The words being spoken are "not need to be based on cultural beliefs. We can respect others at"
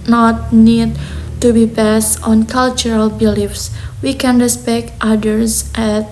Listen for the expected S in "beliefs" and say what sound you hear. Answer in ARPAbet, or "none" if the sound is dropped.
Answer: S